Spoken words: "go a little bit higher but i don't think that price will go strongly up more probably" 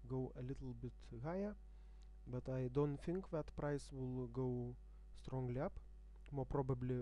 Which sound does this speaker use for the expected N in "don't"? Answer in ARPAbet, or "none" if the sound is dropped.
N